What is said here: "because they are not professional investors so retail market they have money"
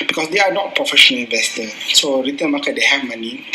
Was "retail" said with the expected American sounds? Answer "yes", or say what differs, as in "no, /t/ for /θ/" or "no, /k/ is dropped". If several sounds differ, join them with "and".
no, /n/ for /l/